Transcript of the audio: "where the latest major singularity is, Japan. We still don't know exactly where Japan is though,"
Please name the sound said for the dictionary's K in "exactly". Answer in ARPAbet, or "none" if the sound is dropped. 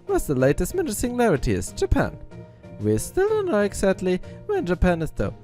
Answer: none